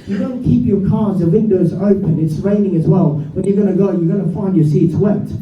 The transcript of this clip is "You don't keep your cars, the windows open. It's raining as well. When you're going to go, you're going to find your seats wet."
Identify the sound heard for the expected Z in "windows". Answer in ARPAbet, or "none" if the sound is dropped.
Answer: Z